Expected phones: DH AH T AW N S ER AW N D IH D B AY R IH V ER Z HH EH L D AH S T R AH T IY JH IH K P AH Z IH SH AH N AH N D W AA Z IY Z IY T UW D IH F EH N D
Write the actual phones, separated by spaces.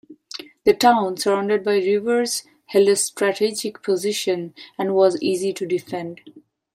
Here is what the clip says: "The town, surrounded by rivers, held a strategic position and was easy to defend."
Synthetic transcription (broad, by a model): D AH T AW N S ER AW N D IH D B AY R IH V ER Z HH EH L AH S T R AH T IY JH IH K P AH Z IH SH AH N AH N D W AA Z IY Z IY T UW D IH F EH N D